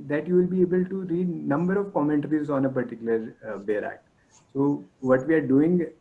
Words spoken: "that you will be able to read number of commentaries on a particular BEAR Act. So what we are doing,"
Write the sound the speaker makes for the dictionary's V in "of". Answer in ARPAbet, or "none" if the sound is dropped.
V